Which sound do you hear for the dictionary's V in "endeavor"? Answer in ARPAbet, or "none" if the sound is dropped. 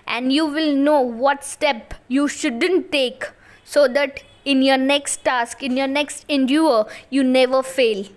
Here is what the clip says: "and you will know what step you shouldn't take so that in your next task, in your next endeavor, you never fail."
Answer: none